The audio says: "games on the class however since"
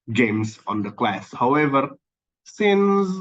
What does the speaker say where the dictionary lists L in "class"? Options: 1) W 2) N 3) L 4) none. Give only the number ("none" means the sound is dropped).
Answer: 3